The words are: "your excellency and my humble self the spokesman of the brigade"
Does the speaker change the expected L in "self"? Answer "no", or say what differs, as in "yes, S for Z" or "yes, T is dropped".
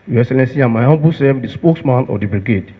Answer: yes, L is dropped